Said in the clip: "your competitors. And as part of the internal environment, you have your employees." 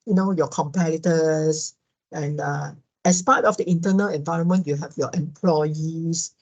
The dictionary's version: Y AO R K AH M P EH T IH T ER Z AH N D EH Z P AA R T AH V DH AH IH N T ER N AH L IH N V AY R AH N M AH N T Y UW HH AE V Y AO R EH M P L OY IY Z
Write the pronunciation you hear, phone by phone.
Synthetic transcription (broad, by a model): Y AO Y K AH M P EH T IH T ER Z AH N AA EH S P AA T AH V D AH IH N T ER N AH L IH N V AY R AH N M AH N T Y UW HH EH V Y AO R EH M P L OY IY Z